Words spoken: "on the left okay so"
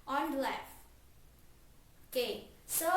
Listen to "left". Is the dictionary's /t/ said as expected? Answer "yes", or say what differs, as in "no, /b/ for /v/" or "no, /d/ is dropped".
no, /t/ is dropped